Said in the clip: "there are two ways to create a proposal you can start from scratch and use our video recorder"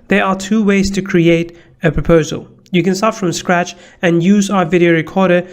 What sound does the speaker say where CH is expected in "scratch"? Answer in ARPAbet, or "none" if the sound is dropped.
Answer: CH